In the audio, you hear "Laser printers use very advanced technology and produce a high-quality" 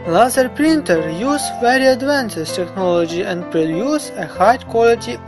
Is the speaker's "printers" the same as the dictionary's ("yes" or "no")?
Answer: no